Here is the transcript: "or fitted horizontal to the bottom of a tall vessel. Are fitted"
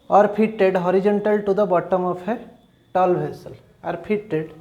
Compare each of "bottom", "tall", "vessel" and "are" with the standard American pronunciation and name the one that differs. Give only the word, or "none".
vessel